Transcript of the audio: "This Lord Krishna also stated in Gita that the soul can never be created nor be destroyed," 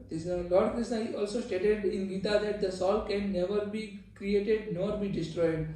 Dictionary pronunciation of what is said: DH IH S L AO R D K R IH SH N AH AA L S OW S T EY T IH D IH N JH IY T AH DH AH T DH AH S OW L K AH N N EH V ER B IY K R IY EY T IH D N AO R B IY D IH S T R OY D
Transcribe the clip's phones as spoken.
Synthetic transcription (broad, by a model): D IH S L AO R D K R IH S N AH AA L S OW S T EY T IH D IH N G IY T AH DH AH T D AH S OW L K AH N N EH V ER B IY K R IY EY T IH D N AO R B IY D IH S T R OY D